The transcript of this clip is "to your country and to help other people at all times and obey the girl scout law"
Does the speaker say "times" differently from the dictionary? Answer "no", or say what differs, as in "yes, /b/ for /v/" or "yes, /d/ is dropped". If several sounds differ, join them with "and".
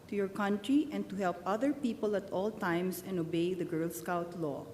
yes, /s/ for /z/